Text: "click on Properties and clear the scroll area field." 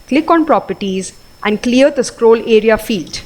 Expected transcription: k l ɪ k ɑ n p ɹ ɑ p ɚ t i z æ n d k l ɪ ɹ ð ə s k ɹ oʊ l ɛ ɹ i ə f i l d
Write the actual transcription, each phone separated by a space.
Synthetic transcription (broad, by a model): k l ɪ k ɑ n p ɹ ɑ p ɚ t i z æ n d k l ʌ ɹ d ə s k ɹ oʊ l ɛ ɹ i ə f i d